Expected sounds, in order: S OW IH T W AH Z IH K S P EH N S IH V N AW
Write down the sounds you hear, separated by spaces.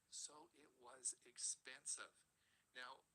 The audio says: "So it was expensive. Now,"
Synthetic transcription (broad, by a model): S OW IH T W AH Z IH K S P EH N S IH V N AW